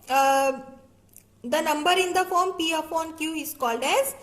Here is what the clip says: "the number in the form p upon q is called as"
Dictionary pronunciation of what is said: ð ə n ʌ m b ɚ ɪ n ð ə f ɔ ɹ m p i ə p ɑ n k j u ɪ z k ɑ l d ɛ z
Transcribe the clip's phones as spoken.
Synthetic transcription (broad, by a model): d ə n ʌ m b ɚ ɪ n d ə f ɔ ɹ m p i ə f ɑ n k j u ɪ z k ɑ l d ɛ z